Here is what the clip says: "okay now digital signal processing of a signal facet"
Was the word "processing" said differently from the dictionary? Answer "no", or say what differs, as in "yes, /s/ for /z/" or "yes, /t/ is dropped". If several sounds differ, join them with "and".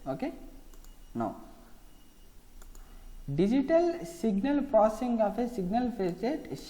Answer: yes, /ɹ/ is dropped